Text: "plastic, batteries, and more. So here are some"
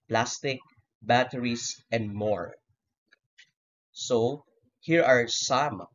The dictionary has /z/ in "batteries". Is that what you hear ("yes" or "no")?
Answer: no